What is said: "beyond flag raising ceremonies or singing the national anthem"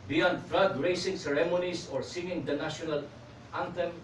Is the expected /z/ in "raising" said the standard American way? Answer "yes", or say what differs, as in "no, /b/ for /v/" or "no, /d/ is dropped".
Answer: no, /s/ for /z/